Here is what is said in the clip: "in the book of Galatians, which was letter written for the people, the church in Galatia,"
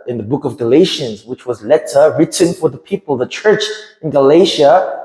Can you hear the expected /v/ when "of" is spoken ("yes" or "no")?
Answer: yes